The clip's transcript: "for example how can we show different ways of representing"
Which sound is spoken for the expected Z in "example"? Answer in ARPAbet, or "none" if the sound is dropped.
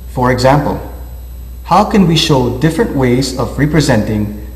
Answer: Z